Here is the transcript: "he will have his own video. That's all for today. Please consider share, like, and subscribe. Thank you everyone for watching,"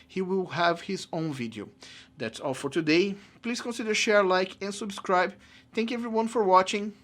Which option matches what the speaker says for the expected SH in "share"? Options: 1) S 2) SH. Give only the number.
2